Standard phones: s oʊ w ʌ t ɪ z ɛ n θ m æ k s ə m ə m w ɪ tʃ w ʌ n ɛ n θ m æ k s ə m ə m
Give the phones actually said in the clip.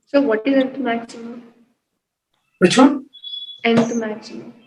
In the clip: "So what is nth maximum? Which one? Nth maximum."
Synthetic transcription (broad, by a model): s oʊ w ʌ t ɪ z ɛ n t m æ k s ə m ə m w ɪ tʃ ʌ ɛ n t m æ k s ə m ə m